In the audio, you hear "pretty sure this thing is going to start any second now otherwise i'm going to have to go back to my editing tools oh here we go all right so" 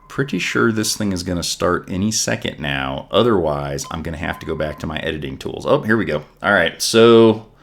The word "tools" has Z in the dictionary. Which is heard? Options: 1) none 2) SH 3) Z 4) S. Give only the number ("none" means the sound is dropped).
3